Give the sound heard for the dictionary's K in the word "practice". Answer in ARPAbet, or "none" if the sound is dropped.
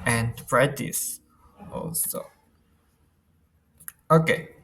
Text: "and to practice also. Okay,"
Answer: none